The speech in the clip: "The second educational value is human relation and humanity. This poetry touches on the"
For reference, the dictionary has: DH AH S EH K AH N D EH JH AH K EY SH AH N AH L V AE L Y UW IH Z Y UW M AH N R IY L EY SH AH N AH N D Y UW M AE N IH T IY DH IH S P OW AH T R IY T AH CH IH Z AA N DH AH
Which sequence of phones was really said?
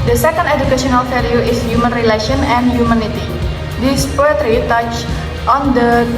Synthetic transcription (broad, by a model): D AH S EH K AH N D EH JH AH K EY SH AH N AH L F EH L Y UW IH S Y UW M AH N R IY L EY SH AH N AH N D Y UW M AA N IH T IY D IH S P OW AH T R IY T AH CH AA N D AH